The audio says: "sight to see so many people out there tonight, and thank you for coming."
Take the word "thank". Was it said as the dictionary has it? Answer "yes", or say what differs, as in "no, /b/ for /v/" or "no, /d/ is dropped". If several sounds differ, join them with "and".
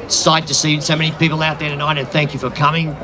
yes